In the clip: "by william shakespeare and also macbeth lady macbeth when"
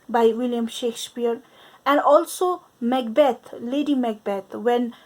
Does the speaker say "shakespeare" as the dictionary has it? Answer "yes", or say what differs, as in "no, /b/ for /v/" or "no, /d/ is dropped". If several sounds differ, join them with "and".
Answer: yes